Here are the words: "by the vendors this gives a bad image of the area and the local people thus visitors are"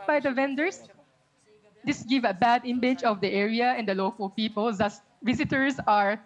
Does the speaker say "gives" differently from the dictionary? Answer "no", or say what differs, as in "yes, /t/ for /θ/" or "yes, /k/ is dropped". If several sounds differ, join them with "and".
yes, /z/ is dropped